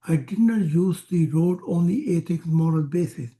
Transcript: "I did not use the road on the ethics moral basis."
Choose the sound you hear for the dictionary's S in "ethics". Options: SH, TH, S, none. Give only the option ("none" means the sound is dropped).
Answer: none